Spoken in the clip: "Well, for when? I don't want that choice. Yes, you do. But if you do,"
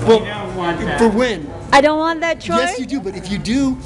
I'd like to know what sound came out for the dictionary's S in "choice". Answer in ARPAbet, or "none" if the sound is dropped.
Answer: none